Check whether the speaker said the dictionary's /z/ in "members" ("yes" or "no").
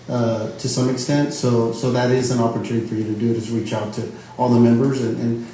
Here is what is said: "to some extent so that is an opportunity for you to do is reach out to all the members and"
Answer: yes